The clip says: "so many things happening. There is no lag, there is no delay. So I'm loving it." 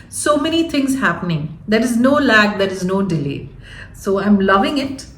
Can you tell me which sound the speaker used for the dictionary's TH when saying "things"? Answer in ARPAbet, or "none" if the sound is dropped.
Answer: T